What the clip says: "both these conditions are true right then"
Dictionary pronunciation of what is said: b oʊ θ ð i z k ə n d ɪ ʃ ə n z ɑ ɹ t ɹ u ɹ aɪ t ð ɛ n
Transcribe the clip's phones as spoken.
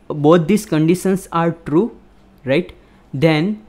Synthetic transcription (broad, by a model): b oʊ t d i s k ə n d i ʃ ə n s ɑ ɹ t ɹ u ɹ aɪ t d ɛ n